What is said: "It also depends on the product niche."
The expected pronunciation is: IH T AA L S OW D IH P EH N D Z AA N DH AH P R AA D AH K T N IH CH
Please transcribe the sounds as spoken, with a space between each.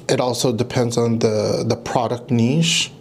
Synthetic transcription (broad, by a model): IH T AA L S OW D IH P EH N D Z N DH AH P R AA D AH K T N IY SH